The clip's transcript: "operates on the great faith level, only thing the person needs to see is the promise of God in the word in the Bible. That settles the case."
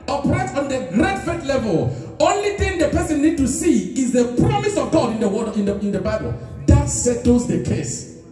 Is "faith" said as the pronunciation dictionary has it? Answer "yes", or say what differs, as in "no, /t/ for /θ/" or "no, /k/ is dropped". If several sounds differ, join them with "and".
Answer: no, /t/ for /θ/